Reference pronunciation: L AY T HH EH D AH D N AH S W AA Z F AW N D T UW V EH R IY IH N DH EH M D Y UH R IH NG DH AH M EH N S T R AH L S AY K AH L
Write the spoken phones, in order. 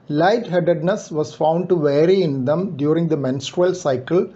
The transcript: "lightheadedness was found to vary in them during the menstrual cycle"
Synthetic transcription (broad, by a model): L AY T HH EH D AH D N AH S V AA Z F AW N D T UW V EH R IY IH N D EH M D Y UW R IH NG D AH M EH N S T R AH L S AY K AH L